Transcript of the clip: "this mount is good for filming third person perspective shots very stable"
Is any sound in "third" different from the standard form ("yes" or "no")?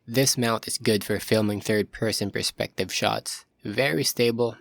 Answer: no